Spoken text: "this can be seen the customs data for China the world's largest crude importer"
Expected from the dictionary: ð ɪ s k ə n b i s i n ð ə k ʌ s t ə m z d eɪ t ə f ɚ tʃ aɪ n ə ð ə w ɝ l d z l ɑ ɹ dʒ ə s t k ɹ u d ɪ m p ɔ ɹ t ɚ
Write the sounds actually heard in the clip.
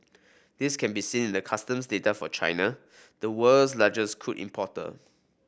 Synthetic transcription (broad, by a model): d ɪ s k ə n b i s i n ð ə k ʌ s t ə m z d eɪ t ə f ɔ tʃ aɪ n ə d ə w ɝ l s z l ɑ dʒ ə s k u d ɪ m p ɔ t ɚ